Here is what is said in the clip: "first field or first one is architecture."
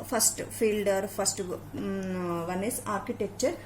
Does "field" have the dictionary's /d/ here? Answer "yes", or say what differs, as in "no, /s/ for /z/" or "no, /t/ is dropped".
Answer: yes